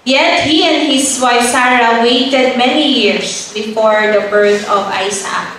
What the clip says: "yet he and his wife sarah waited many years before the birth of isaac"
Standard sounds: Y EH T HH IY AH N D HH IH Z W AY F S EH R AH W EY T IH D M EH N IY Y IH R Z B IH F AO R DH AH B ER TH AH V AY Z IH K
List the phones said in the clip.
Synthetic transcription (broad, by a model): Y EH T HH IY AH N D HH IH S W AY F S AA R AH W EY T IH D M EH N IY Y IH R S B IH F AO R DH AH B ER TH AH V AY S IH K